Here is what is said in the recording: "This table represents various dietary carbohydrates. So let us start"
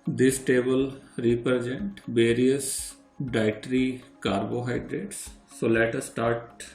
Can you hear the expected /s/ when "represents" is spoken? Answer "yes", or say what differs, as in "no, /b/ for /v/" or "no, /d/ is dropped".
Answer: no, /s/ is dropped